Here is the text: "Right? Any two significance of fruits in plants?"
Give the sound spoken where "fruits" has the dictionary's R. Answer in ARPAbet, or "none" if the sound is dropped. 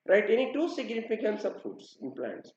none